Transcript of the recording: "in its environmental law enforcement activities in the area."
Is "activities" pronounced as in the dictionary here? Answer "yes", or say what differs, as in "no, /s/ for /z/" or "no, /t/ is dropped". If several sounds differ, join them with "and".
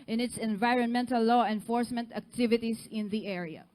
no, /s/ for /z/